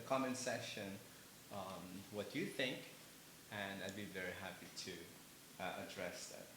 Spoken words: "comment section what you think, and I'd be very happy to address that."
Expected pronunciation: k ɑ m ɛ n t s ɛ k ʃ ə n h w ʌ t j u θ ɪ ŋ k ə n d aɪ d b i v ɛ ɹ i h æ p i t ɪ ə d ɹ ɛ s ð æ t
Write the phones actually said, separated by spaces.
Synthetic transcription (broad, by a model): k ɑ m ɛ n s ɛ ʃ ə n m w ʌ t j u θ ɪ ŋ k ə n aɪ d b i v ɛ ɹ i h æ p i t ɪ ə d ɹ ɛ s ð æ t